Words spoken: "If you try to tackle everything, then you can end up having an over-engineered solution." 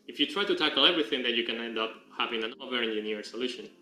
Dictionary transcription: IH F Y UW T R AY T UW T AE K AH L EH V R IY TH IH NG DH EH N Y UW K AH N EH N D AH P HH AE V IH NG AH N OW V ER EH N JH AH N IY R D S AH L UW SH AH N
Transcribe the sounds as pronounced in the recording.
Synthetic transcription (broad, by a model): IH F Y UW T R AY T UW T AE K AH L EH V R IY TH IH NG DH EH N Y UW K AH N EH N D AH P HH AE V IH NG AH N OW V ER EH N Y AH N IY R S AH L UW SH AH N